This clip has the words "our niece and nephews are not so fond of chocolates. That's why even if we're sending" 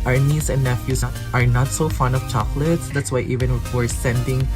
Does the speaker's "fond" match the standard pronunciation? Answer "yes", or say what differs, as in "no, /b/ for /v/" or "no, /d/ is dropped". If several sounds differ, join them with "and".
no, /d/ is dropped